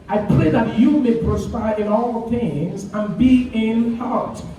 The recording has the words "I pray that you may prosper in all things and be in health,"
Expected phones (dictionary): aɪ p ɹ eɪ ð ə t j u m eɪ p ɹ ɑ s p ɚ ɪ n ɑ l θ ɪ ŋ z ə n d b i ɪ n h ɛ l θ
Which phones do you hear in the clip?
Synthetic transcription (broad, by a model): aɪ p l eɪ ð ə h j u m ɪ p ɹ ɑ s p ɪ ɪ n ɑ l θ ɪ ŋ z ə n b i ɪ n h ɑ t